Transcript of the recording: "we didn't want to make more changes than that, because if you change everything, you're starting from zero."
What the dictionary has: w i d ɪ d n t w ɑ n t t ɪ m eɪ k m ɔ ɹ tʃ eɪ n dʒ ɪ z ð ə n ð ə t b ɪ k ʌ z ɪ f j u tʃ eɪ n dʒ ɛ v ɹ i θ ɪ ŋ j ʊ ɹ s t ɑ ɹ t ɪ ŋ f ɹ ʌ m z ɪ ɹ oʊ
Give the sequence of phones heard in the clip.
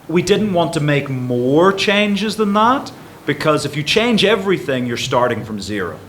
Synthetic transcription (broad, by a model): w i d ɪ d n t w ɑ n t t ɪ m eɪ k m ɔ ɹ tʃ eɪ n dʒ ɪ z ð ə n ð ə t b ɪ k ʌ z ɪ f j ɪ tʃ eɪ n dʒ ɛ v ɹ i θ ɪ ŋ j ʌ ɹ s t ɑ ɹ t ɪ ŋ f ɹ ʌ m z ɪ ɹ oʊ